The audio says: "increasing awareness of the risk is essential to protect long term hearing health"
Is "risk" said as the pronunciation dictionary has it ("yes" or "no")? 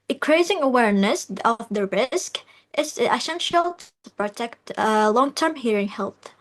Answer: yes